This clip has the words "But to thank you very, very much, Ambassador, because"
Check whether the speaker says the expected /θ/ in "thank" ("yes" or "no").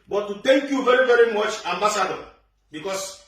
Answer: no